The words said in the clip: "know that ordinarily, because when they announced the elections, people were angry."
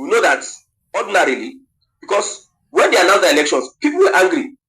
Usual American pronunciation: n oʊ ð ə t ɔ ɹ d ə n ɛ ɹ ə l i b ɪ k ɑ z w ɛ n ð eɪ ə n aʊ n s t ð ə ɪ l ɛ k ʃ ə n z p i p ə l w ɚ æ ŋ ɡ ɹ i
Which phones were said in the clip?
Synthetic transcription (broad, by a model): n oʊ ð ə t ɔ d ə n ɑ ɹ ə l i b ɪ k ɑ s w ɛ n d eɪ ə n aʊ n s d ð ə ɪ l ɛ k ʃ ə n s p i p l w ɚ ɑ ŋ ɡ ɹ i